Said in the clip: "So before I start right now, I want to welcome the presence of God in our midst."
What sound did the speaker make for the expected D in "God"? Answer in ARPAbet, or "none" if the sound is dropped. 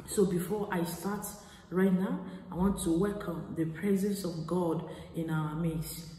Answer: D